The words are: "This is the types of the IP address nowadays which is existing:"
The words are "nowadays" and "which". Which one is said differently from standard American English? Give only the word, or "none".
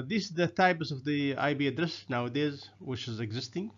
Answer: none